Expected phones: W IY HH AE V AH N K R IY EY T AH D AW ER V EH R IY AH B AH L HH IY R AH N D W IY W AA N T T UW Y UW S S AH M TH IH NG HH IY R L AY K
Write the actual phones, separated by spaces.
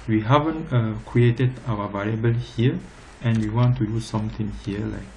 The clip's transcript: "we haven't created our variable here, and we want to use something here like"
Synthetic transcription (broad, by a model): W IY HH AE V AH N K R IY EY T AH D AW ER V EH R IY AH B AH L HH IY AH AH N W IY W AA N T T UW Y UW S S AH M T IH NG HH IY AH L AY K